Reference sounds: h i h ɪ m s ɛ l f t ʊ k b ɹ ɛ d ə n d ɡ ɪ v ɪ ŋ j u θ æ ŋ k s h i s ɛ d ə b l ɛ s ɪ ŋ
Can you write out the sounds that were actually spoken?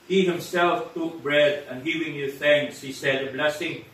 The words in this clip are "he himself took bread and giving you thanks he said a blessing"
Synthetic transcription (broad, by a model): h i h ɪ m s ɛ l f t ʊ k b ɹ ɛ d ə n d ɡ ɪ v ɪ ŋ j u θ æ ŋ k s h i s ɛ d ə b l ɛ s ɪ ŋ